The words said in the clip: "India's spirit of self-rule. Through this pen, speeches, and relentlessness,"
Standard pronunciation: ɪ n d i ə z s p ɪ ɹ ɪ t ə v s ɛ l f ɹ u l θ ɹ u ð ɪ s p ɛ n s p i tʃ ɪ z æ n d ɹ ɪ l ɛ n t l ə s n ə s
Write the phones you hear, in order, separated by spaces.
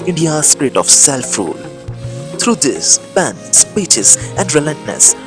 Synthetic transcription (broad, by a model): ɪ n d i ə s p ɪ ɹ ɪ t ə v s ɛ l f ɹ u l t ɹ u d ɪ s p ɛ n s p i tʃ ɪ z æ n d ɹ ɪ l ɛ n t n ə s